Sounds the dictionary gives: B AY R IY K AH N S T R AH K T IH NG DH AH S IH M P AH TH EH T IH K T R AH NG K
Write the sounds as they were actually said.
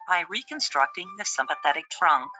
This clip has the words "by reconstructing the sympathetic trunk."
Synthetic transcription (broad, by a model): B AY R IY K AH N S T R AH K T IH NG DH AH S IH M P AH TH EH T IH K T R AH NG K